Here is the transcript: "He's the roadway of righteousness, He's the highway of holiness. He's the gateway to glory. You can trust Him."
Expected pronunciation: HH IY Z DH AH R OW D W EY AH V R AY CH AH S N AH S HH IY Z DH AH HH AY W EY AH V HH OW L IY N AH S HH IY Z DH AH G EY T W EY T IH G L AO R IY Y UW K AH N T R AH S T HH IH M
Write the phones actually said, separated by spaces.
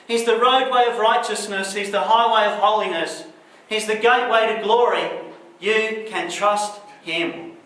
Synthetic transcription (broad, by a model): HH IY Z DH AH R OW D W EY AH V R AY CH AH S N AH S HH IY Z DH AH HH AY W EY AH V HH OW L IY N AH S HH IY Z DH AH G EY T W EY T IH G L AO R IY Y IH K AH N T R AH S T HH IH M